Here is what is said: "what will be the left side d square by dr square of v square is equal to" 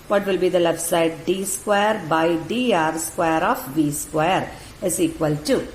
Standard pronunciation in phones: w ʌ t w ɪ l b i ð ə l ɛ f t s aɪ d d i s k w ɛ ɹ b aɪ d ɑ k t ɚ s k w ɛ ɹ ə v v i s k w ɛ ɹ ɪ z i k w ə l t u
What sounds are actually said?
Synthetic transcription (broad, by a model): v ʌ t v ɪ l b i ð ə l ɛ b s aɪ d d i s k w ɛ ɹ b aɪ d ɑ t s k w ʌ ɹ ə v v i s k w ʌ ɹ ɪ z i k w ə l t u